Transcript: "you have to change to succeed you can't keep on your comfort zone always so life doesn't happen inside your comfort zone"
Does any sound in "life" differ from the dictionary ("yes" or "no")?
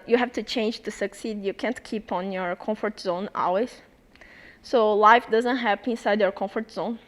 no